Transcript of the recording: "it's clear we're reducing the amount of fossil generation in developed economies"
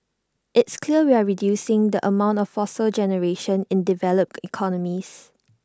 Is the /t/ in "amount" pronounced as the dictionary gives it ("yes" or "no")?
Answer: yes